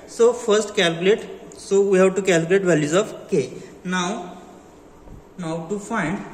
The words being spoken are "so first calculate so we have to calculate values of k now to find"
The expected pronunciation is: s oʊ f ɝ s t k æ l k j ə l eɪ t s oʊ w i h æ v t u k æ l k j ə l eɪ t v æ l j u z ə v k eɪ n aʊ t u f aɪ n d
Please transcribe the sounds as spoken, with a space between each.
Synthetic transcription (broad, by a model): s oʊ f ɝ s t k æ l k j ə l eɪ t s oʊ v i h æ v t u k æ l k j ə l eɪ t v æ l j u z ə f k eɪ n aʊ t u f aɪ n d